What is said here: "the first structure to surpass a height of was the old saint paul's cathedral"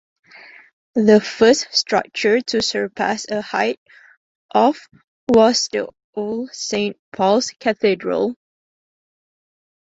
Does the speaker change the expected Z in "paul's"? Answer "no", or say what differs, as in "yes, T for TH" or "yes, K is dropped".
yes, S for Z